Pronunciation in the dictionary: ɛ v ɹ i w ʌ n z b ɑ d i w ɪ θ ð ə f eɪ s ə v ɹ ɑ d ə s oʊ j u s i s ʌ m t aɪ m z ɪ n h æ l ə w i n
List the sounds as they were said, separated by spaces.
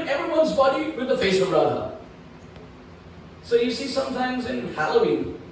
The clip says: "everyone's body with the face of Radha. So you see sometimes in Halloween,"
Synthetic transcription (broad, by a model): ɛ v ɹ i w ʌ n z b ɑ d i w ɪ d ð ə f eɪ s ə b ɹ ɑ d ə s oʊ j u s i s ʌ m t aɪ m z ɪ n h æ l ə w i n